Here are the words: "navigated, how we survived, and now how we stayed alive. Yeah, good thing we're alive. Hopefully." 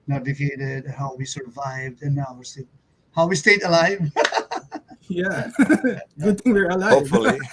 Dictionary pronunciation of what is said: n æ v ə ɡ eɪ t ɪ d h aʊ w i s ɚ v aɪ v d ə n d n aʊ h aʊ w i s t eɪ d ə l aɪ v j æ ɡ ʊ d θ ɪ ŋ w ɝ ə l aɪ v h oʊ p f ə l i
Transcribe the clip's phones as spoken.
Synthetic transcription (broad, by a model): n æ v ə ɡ eɪ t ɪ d h aʊ w i s ɚ v aɪ v d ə n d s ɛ h aʊ w i s t eɪ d ə l aɪ v j æ ɡ ʊ d t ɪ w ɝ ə l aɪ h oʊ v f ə l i